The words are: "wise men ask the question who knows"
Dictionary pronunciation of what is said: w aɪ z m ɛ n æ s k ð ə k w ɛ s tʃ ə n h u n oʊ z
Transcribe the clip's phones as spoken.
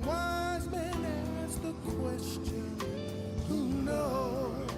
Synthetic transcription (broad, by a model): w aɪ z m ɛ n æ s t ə k w ɛ s tʃ ə n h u n oʊ